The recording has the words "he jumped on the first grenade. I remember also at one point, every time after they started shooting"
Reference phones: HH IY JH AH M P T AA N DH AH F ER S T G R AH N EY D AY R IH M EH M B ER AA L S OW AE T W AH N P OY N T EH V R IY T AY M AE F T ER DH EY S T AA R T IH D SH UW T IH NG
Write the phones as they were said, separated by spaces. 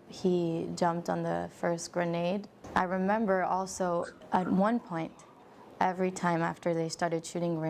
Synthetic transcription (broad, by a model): HH IY JH AH M P T N DH AH F ER S T G R AH N EY D AY R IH M EH M B ER AA L S OW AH T W AH N P OY N T EH V R IY T AY M AE F T ER DH EY S T AA R T IH D SH UW T IH NG